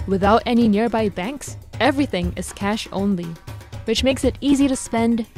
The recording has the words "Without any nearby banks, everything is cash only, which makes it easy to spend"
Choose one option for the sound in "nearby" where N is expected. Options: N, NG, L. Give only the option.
N